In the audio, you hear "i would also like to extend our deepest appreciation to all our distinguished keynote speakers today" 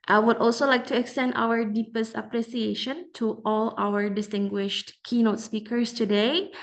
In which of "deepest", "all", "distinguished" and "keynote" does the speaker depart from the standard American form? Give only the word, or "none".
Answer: none